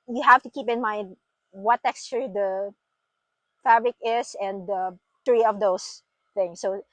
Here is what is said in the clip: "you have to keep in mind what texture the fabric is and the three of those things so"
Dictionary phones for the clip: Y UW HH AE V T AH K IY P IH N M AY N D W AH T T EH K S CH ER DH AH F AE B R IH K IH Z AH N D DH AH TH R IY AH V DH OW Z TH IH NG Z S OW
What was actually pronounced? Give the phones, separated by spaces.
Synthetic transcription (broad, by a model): Y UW HH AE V T AH K IY P IH N M AY N D W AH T T EH K S CH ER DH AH F AE B R IH K IH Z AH N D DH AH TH R IY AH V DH OW S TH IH NG S OW